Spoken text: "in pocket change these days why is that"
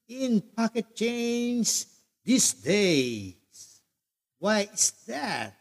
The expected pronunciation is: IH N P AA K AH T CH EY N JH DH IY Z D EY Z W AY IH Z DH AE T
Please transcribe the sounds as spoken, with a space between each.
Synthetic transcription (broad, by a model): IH N P AA K AH T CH EY N Z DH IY S D EY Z W AY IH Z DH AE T